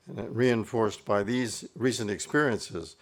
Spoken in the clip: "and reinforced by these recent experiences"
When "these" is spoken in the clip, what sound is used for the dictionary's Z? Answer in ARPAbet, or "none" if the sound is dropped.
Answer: Z